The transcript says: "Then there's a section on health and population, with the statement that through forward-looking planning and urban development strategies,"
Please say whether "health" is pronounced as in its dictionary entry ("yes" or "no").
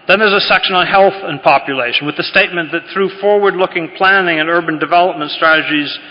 yes